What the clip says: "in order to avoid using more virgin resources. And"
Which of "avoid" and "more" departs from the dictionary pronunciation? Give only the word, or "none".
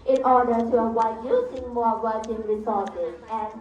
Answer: avoid